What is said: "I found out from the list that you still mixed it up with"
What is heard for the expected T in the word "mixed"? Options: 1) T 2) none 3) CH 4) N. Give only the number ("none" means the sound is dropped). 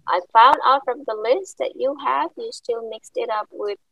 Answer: 1